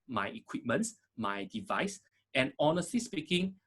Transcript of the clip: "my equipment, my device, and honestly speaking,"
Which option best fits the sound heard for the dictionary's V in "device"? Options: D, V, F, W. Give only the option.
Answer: V